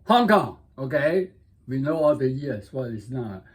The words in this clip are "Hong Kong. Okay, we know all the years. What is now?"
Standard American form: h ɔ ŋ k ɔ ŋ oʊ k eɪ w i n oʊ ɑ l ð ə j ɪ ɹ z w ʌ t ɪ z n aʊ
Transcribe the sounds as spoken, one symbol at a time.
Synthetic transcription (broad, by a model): h ɔ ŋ k ɔ ŋ oʊ k eɪ w i n oʊ ɑ l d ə j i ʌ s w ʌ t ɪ s n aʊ